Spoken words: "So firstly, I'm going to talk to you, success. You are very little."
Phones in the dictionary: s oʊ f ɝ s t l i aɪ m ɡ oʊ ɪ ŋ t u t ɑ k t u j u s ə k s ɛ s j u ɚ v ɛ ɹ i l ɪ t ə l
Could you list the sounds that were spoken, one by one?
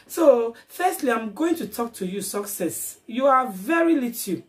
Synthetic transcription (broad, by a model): s oʊ f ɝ s t l i aɪ m ɡ oʊ ɪ ŋ t u t ɑ k t u j u s ə k s ɛ s j u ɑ v ɛ ɹ i l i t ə